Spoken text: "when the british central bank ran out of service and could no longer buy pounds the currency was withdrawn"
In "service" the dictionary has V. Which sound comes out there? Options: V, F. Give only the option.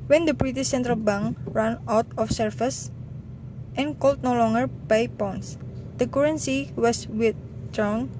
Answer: F